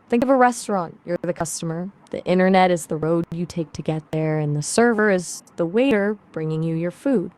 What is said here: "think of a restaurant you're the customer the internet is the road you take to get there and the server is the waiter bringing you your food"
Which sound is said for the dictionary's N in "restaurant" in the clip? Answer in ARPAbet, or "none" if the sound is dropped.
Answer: N